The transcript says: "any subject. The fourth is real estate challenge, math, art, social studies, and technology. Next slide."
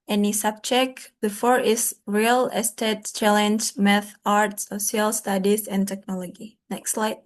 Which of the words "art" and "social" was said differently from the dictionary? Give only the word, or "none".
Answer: social